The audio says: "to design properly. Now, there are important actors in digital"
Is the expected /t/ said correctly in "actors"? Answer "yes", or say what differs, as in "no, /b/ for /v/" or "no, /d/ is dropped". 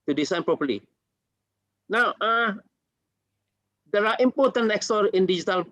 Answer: no, /s/ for /t/